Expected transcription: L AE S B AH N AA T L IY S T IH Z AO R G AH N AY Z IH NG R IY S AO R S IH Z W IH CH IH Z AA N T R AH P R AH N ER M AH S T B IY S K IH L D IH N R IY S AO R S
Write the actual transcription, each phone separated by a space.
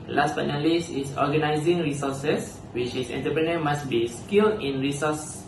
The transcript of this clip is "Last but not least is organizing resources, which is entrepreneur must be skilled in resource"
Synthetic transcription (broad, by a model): L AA S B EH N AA L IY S IH S AO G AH N AY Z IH NG R IY S AO S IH S W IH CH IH S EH N T AH P R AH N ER M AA S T B IY S K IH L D IH N R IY S AO S